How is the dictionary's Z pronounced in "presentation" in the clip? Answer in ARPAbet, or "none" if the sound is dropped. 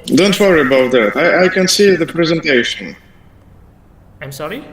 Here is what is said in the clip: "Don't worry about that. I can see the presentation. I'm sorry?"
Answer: Z